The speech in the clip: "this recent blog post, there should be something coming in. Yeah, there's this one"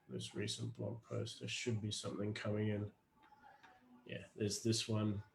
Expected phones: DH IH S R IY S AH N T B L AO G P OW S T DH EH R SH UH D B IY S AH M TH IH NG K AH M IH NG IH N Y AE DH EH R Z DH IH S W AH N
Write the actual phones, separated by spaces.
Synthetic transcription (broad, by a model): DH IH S R IY S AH N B L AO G P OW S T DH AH SH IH D B IY S AH M TH IH NG K AH M IH NG IH N Y AE DH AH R Z DH IH S W AH N